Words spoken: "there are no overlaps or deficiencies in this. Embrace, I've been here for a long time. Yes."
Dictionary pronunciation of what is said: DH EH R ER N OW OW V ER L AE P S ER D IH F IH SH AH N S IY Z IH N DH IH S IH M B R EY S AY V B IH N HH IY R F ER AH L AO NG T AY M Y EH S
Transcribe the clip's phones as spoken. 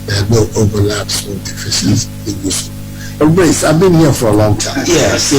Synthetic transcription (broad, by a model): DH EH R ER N OW OW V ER L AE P S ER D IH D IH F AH S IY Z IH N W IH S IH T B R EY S AY V B IH N HH IY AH F ER AH L AO NG T AY M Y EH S